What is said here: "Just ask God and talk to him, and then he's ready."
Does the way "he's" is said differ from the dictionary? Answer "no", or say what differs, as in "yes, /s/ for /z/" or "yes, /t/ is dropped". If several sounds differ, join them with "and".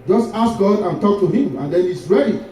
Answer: yes, /s/ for /z/